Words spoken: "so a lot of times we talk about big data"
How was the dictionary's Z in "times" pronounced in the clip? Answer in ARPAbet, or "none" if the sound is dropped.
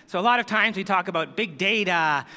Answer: Z